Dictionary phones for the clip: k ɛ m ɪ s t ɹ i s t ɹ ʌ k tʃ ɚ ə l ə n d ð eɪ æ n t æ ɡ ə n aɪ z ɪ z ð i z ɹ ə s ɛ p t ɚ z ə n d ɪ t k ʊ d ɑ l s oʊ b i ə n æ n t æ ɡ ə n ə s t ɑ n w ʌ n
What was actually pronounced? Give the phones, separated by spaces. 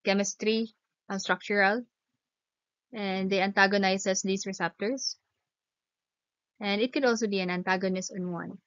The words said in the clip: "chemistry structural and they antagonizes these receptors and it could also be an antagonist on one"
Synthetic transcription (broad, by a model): k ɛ m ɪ s t ɹ i s t ɹ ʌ k tʃ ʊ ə l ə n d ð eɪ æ n t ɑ ɡ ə n aɪ s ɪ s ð i s ɹ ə s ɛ p t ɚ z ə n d ɪ t k ʊ d ɑ l s oʊ b i ə n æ n t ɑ ɡ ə n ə s t ɑ n w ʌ n